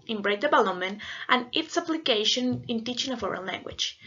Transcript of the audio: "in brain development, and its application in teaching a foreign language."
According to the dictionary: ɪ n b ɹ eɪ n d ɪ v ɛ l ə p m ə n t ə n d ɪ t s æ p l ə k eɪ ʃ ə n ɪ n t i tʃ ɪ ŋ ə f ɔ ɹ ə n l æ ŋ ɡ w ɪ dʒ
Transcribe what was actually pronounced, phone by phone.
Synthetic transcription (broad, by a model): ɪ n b ɹ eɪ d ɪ b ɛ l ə m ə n t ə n ɪ t s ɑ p l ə k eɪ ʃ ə n ɪ n t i tʃ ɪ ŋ ə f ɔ ɹ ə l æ ŋ ɡ w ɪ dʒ